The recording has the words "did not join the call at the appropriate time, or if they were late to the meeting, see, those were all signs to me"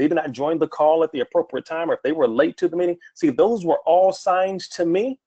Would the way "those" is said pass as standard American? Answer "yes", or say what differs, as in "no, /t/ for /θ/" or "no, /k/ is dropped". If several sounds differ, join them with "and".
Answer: yes